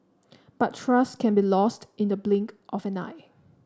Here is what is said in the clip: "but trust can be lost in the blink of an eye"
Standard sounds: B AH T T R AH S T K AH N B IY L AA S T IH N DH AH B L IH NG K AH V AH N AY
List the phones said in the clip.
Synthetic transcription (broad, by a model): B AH T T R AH S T K AH N B IY L AA S T IH N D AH B L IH NG K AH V AH N AY